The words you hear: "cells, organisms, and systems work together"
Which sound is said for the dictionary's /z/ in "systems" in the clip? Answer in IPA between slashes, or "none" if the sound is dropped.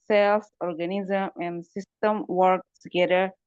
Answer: none